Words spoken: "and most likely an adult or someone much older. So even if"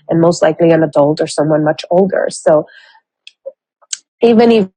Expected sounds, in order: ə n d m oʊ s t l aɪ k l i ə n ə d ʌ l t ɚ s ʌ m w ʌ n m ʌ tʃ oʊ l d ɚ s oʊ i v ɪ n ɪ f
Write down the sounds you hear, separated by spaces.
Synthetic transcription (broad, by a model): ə n m oʊ s t l aɪ k l i ə n ə d ʌ l t ɚ s ʌ m w ʌ n m ʌ tʃ oʊ l d ɚ s oʊ i v ɪ n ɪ